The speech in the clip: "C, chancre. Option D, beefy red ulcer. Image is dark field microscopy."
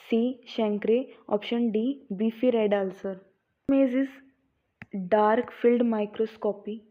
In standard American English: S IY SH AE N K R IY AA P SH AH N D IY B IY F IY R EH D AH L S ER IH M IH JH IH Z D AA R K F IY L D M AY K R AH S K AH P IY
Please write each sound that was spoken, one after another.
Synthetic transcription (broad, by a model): S IY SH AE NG K R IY AA P SH AH N D IY B IY F IY R EH D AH L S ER M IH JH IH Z D AA R K F IY L D M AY K R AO S K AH P IY